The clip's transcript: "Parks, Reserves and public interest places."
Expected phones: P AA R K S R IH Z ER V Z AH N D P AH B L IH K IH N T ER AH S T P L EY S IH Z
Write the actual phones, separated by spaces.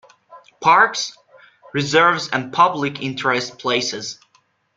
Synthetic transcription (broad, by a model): P AA R K S R IH Z ER V Z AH N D P AH B L IH K IH N T ER AH S T P L EY S IH Z